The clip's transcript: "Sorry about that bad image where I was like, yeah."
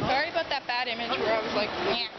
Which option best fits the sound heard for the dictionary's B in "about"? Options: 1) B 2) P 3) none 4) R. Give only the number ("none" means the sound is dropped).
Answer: 3